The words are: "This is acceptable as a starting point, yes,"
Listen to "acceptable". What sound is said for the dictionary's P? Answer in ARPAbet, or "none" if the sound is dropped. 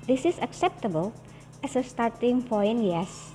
P